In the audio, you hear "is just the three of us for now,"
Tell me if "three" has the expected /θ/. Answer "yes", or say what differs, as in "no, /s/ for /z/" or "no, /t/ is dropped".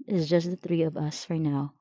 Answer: yes